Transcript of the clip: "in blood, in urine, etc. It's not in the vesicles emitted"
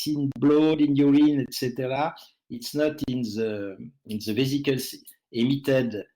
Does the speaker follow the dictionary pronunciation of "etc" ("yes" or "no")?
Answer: yes